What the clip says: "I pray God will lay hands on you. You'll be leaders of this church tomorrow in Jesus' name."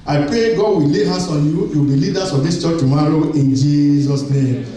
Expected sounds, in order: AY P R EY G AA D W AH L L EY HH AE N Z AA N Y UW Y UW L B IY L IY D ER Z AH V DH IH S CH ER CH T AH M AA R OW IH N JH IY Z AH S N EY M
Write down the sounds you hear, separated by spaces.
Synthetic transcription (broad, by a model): AY P R EY G AA D W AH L L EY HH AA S AA N Y UW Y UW W B IY L IY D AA S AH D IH S CH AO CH T AH M AA R OW IH N JH IY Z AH S N EY M